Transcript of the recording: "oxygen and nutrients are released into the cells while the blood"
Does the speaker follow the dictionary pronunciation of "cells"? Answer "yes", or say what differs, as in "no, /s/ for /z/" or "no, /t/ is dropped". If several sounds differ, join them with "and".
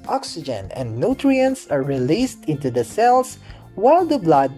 no, /s/ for /z/